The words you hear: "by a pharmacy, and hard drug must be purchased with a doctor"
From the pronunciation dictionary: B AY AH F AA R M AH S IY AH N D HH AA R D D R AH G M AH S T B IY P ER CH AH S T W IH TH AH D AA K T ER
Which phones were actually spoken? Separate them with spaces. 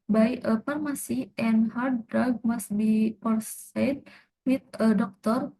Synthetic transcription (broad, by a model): B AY AH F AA R M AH S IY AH N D HH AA R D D R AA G M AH S T B IY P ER S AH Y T W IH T AH D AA K T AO